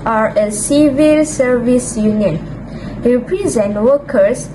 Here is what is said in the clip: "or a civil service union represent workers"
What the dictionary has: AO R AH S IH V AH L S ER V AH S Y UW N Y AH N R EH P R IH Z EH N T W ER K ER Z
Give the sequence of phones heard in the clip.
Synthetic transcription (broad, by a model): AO R AH S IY V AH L S ER V AH S Y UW N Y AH N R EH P R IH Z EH N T W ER K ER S